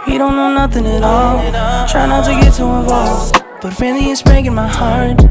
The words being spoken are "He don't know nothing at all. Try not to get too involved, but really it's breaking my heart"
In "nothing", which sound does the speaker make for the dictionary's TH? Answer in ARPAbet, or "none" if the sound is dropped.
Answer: TH